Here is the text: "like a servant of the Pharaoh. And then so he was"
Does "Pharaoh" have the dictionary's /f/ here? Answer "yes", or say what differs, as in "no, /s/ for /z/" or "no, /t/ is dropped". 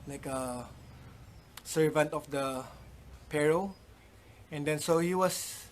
no, /p/ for /f/